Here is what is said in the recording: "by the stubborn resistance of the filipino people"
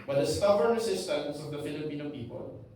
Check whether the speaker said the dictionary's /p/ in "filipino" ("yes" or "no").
yes